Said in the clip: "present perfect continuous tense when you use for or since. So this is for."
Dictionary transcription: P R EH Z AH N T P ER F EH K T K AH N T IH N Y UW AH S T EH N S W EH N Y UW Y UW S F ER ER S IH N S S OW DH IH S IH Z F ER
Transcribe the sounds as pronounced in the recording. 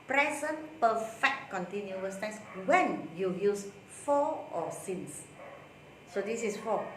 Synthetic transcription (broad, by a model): P R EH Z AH N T P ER F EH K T K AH N T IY N Y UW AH S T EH S W EH N Y UW Y UW S F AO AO S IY N S S OW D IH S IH S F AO